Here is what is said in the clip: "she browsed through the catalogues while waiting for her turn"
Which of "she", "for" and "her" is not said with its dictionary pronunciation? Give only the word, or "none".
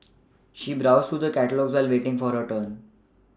none